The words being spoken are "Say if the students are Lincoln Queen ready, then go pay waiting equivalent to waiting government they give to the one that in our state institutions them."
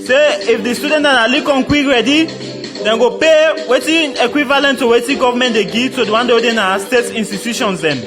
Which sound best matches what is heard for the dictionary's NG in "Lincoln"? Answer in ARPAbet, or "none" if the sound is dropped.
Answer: none